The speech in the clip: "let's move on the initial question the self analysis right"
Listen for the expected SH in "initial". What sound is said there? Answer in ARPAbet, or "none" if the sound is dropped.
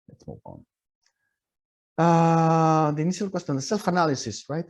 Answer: S